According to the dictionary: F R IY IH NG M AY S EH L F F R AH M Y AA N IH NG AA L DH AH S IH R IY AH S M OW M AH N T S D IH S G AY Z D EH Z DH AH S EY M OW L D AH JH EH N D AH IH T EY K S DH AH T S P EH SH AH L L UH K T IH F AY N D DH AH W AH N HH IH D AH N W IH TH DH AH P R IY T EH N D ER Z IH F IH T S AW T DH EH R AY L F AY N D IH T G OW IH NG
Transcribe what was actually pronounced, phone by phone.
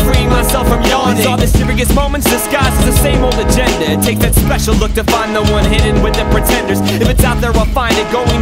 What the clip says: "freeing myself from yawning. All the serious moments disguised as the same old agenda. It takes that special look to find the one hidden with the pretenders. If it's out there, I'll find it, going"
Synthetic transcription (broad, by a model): R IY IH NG M AY S EH L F F R AH M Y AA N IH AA DH AH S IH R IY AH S M OW M AH N T S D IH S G AY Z IH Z DH AH S EY M OW L D AH JH EH N D AH IH T EY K DH AH T S P EH SH L L UH K T IH F AY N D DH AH W AH N HH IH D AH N W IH DH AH P R IY T EH N D ER Z IH F IH T S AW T DH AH R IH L F AY N D IH T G OW IH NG